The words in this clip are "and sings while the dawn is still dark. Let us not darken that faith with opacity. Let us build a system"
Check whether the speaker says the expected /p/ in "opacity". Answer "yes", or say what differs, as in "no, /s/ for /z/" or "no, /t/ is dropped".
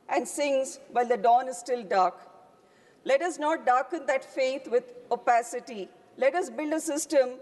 yes